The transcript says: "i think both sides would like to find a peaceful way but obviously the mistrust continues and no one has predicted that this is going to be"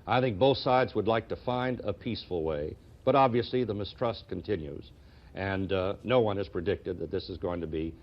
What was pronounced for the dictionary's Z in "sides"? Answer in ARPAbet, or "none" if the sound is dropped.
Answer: Z